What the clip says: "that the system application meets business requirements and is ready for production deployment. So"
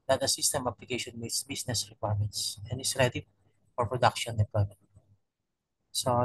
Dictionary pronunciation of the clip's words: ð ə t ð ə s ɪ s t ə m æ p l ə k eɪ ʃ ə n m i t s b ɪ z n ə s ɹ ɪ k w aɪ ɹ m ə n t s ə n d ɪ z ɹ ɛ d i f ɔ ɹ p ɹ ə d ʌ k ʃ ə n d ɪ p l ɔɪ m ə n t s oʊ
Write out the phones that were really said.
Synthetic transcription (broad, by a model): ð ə t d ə s ɪ s t ə m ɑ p l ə k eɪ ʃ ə n m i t s b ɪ s n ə s ɹ ɪ k w aɪ ɹ m ə n t s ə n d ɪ s ɹ ɛ d i f ɔ ɹ p ɹ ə d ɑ k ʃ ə n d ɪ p ɔɪ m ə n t s oʊ